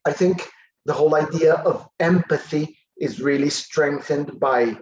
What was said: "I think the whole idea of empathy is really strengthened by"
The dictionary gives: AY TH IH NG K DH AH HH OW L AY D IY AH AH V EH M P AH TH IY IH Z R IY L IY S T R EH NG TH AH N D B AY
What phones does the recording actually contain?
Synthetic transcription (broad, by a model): AY TH IH NG K DH AH HH OW L AY D IY AH AH V EH M P AH TH IY IH Z R IY L IY S T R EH NG TH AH N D B AY